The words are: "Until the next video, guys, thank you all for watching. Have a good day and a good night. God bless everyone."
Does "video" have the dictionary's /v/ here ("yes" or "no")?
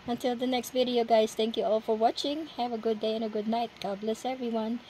yes